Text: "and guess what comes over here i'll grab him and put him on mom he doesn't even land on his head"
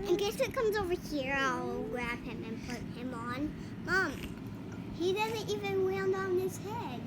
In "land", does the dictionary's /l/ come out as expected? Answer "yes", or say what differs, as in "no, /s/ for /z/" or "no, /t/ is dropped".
no, /w/ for /l/